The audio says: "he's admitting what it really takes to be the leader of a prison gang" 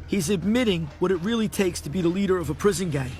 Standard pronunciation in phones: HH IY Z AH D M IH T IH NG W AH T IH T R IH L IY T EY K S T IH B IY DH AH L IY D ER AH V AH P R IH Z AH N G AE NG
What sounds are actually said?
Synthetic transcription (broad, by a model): HH IY Z AH D M IH T IH NG W AH T IH T R IH L IY T EY K S T IH B IY DH AH L IY D ER AH V AH P R IH Z AH N G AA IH